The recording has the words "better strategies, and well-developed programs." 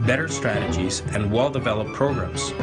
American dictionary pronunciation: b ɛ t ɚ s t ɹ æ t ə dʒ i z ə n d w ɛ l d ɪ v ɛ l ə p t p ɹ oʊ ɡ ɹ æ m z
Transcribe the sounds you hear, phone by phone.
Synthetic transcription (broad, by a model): b ɛ t ɚ s t ɹ æ t ə dʒ i z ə n w ɛ l d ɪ v ɛ l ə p p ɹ oʊ ɡ ɹ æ m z